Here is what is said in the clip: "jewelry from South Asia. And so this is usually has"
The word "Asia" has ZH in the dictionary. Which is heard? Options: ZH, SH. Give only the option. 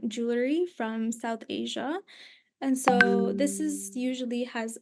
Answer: ZH